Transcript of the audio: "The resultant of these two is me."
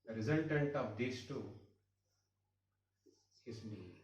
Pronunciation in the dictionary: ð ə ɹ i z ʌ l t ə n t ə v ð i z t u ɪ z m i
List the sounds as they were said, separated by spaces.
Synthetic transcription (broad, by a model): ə ɹ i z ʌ n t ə n t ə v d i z t u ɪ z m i